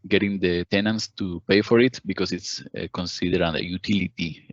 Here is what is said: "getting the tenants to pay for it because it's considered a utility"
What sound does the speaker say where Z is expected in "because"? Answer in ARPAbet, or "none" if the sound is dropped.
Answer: S